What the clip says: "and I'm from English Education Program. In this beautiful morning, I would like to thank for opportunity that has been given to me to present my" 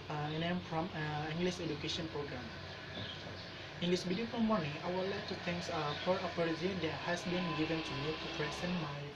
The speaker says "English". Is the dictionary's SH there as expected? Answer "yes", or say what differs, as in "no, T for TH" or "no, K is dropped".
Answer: no, S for SH